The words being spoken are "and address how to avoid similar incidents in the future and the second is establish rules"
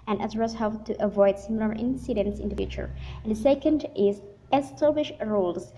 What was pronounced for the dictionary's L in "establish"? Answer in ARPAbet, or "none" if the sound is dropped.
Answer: none